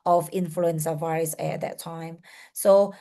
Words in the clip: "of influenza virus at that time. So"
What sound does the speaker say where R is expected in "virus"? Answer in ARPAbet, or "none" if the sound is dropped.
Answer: none